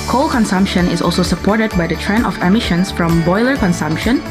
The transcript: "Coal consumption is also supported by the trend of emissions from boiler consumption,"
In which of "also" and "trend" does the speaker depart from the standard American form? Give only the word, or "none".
trend